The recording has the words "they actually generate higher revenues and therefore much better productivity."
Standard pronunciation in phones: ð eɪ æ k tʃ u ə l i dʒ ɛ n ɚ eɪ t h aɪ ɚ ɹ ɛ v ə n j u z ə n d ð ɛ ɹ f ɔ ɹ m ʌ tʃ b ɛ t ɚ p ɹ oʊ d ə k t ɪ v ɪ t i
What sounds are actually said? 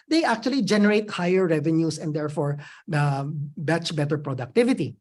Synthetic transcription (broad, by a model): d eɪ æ k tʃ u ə l i dʒ ɛ n ɚ eɪ t h aɪ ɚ ɹ ɛ v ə n j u s ə n d ɛ ɹ f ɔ ɹ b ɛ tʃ b ɛ t ɚ p ɹ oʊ d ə k t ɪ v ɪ t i